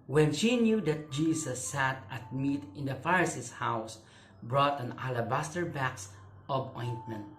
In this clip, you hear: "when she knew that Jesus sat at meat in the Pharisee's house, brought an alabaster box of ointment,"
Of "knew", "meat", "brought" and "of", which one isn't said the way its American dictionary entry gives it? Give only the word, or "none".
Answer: of